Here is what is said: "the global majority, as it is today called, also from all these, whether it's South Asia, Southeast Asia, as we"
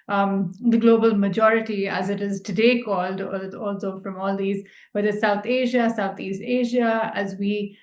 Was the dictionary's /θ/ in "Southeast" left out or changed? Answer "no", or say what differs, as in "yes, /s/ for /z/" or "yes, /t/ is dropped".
yes, /t/ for /θ/